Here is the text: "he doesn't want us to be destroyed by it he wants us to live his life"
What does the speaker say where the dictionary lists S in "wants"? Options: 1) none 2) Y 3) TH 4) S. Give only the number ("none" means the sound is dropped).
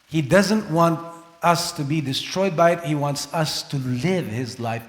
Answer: 4